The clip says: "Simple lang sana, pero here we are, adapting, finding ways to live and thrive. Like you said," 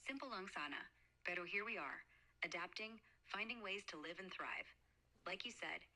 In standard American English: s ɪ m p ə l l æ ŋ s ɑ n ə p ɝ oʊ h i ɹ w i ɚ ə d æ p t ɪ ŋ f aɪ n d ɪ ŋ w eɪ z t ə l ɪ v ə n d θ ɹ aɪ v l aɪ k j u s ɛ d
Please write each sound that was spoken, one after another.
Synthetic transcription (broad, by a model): s ɪ m p l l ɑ ŋ s ɑ n ə b ɝ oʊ h i ɹ w i ɚ ə d æ p t ɪ ŋ f aɪ n d ɪ ŋ w eɪ z t ə l ɪ v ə n θ ɹ aɪ v l aɪ k j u s ɛ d